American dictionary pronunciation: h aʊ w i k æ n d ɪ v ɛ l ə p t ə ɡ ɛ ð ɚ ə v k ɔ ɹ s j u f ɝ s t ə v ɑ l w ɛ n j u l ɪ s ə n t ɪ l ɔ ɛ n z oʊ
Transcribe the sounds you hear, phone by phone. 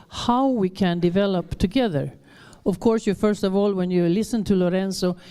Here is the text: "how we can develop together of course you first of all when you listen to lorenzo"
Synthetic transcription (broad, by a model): h aʊ w i k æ n d ɪ v ɛ l ə p t ə ɡ ɛ ð ɚ ə v k ɔ ɹ s j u f ɝ s t ə v ɑ l w ɛ n j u l ɪ s ə n t ɪ l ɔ ɛ n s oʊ